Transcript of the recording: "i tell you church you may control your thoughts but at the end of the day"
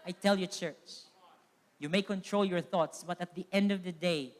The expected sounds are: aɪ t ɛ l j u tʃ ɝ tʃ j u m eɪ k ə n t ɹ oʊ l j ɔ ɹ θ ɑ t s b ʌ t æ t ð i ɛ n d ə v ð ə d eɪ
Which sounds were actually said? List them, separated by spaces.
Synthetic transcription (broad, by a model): aɪ t ɛ l j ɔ tʃ ɝ tʃ j u m eɪ k ə n t ɹ oʊ l j ɔ ɹ θ ɑ t s b ʌ t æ t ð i ɛ n d ə v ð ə d eɪ